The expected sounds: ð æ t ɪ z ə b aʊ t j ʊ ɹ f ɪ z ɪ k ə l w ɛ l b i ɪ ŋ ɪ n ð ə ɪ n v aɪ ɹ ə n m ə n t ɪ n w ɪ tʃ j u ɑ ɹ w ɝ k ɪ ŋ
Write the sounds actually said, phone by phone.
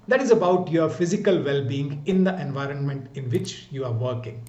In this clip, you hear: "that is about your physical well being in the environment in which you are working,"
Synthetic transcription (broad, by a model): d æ t ɪ z ə b aʊ t j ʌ ɹ f ɪ z ɪ k ə l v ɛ l b i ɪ ŋ ɪ n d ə ɪ n v aɪ ɹ ə n m ə n t ɪ n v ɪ tʃ j u ɑ ɹ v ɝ k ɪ ŋ